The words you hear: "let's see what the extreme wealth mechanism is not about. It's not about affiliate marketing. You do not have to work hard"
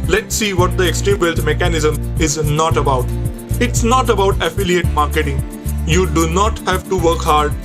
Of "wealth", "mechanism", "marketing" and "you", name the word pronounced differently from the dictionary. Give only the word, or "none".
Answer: wealth